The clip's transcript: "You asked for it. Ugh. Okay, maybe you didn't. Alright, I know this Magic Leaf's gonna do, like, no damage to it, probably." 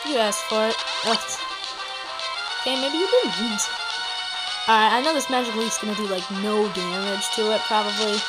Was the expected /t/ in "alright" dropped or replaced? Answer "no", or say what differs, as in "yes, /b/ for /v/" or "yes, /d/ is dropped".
yes, /t/ is dropped